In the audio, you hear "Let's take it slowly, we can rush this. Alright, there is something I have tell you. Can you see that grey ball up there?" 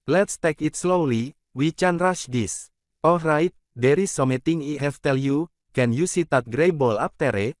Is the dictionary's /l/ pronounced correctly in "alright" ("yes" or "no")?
yes